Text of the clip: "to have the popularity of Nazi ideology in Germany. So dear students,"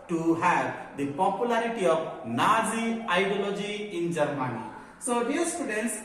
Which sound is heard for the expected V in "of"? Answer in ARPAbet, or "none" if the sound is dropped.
B